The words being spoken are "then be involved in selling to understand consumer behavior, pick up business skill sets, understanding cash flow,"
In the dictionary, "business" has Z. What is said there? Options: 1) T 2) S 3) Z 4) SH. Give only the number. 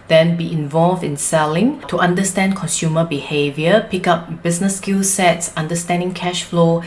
2